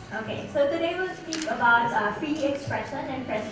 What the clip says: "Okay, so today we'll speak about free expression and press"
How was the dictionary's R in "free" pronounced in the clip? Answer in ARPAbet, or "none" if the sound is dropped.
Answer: none